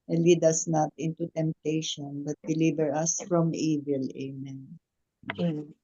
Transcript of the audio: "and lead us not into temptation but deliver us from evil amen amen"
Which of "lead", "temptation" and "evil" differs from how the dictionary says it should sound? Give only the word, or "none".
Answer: none